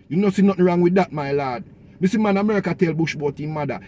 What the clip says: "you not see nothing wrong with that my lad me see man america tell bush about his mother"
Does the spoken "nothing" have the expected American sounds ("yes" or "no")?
no